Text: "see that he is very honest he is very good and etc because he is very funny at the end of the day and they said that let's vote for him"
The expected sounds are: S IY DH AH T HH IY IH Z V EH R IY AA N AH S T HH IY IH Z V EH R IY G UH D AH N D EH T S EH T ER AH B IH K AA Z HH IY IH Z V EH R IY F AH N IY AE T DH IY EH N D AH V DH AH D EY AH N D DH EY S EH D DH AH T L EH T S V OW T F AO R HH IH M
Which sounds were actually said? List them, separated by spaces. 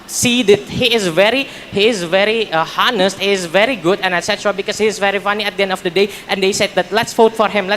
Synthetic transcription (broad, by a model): S IY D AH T HH IY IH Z V EH R IY AA N AH S T HH IY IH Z V EH R IY G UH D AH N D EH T S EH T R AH B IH K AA S HH IY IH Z V EH R IY F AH N IY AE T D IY EH N D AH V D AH D EY AH N D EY S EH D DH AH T L EH T S F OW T F AO R HH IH M